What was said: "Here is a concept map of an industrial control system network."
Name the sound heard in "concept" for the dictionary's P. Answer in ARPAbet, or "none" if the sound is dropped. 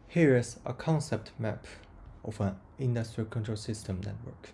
P